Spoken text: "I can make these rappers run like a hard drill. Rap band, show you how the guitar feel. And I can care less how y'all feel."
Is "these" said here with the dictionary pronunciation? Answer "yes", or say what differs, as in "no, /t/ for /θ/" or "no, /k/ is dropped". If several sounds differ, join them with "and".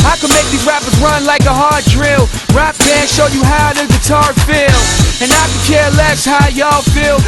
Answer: no, /z/ is dropped